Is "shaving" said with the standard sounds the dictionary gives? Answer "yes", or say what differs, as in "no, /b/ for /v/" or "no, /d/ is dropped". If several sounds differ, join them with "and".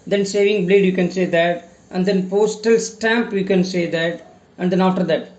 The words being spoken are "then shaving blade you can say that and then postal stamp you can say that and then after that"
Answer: no, /s/ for /ʃ/